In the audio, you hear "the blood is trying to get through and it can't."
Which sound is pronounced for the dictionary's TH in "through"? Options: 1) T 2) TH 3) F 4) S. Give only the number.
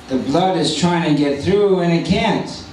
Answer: 2